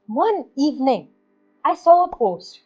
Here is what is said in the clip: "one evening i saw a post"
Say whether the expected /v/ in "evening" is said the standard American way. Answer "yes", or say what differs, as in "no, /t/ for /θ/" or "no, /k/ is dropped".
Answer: yes